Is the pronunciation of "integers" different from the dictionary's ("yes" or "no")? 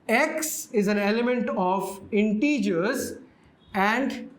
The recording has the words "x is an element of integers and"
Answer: no